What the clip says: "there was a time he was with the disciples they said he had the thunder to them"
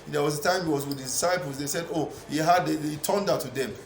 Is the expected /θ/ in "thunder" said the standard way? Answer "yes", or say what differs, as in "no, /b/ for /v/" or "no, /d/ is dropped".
no, /t/ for /θ/